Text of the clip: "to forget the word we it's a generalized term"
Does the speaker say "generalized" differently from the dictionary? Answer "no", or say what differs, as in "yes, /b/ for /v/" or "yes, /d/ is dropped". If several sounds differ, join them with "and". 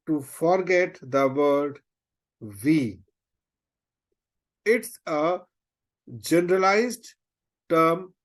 no